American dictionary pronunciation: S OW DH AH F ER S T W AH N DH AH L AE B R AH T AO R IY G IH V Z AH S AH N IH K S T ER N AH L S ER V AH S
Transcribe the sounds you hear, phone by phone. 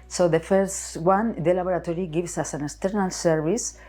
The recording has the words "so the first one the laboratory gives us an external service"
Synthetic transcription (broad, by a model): S OW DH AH F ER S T W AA N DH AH L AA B R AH T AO R IY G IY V S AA S AH N IH K S T ER N AH L S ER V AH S